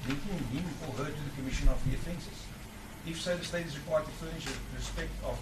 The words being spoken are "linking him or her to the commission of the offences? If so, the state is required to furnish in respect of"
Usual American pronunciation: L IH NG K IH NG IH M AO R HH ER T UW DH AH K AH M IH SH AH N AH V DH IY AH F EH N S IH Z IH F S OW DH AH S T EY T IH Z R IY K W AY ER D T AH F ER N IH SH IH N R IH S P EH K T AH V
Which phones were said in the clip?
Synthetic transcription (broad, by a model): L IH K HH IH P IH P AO L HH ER T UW DH AH K AH M IH SH AH N AH V DH IY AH F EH N S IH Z IH F S OW DH AH S T EY T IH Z R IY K W AY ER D T AH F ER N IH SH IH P R IH S P EH K T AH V